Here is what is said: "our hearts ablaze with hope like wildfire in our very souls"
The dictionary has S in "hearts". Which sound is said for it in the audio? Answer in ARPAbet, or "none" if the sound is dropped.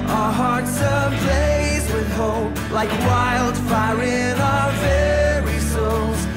S